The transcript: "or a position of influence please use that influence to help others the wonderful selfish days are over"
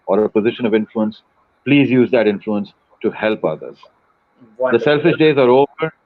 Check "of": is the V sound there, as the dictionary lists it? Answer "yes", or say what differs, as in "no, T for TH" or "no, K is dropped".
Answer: yes